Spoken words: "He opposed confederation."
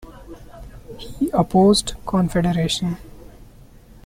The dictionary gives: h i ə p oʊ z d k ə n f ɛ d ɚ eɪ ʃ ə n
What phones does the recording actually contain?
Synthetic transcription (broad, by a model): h i ə p oʊ z d k ə n f ɛ d ɚ eɪ ʃ ə n